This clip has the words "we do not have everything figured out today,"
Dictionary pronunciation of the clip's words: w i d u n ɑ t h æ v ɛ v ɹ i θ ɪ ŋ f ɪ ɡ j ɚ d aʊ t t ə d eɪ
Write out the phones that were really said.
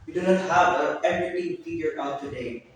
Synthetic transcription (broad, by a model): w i d u n ɑ t h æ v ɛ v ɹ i t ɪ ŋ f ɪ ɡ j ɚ aʊ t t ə d eɪ